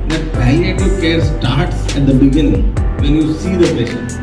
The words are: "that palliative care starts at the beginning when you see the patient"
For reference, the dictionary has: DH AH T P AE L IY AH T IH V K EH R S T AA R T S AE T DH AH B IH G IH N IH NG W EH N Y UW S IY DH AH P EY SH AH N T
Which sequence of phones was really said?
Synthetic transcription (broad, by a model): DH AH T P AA IY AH T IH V K EH R S T AA R T S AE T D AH B IH G IH N IH NG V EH N Y UW S IY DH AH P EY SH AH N